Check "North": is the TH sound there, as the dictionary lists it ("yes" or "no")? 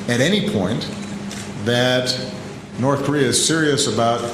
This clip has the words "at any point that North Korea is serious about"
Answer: yes